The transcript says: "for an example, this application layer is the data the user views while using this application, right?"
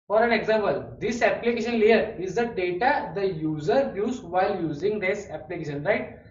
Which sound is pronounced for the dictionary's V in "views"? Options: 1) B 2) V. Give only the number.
1